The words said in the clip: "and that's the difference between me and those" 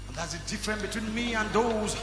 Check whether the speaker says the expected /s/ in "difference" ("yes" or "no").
no